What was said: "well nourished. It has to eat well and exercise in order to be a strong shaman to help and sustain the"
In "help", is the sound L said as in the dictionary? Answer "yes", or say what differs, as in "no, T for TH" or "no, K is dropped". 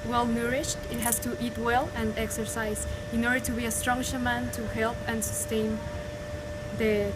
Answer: yes